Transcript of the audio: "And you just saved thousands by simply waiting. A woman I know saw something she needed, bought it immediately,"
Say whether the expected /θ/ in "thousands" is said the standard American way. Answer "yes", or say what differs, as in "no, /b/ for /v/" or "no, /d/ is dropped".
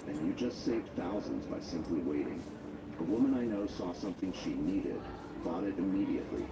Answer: yes